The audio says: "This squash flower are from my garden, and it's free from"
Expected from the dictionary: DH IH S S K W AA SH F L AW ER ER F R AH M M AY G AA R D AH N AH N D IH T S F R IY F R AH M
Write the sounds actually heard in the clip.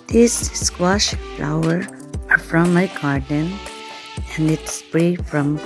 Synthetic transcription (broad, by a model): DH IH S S K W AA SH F L AW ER ER F R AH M M AY G AA R D AH N AH N D IH T S P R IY F R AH M